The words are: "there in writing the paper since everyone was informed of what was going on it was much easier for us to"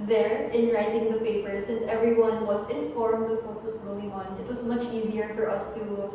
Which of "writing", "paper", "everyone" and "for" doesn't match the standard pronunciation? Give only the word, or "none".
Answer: none